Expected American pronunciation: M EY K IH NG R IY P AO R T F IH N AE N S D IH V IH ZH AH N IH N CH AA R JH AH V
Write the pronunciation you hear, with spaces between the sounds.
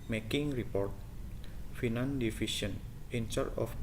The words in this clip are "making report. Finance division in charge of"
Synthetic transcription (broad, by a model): M EY K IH NG R IY P AO R T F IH N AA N D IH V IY SH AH N IH N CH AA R AH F